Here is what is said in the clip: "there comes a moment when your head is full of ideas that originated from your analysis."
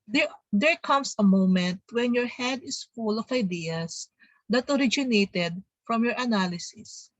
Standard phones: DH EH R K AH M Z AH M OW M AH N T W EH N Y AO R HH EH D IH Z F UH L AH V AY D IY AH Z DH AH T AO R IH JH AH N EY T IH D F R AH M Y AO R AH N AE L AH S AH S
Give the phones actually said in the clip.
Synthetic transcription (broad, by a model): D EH R K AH M S AH M OW M AH N T W EH N Y AO R HH EH D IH S F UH L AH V AY D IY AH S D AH T AO R IH JH AH N EY T IH D F R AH M Y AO R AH N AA L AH S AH S